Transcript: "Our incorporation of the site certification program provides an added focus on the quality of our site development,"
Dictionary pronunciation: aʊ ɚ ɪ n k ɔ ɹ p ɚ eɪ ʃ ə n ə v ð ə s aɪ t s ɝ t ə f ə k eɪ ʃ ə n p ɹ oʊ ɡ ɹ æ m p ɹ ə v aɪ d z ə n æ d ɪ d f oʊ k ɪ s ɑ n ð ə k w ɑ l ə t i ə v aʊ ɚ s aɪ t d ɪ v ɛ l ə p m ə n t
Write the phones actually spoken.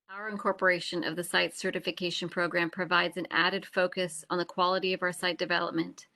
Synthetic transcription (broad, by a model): aʊ ɚ ɪ n k ɔ ɹ p ɚ eɪ ʃ ə n ə v ð ə s aɪ t s ɝ t ə f ə k eɪ ʃ ə n p ɹ oʊ ɡ ɹ æ m p ɹ ə v aɪ d z ə n æ d ɪ d f oʊ k ɪ s n ð ə k w ɑ l ə t i ə v aʊ ɚ s aɪ t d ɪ v ɛ l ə p m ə n t